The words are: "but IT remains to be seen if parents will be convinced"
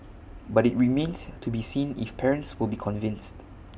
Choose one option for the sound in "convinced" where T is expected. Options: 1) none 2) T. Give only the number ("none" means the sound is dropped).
2